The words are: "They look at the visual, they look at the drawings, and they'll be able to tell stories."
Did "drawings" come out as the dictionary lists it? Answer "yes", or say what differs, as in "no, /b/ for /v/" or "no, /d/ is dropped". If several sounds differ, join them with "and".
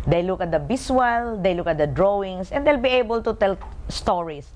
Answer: no, /s/ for /z/